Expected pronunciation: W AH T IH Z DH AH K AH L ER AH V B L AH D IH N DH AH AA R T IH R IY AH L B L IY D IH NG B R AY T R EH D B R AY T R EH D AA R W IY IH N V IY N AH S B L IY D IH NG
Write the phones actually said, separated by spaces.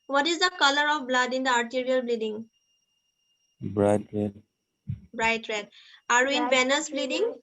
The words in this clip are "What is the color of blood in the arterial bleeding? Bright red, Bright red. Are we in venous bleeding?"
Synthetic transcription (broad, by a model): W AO T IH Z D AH K AH L ER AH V B L AH D IH N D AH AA R T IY R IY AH L B L IY D IH NG B R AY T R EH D B R AY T R EH D AA R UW IH N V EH N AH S B L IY D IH NG